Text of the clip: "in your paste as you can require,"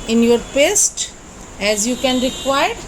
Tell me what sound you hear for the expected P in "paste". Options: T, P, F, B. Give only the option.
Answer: P